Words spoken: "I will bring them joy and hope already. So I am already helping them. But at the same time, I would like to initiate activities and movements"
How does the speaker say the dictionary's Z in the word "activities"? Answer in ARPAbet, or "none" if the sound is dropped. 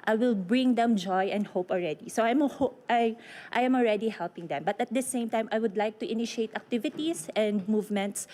S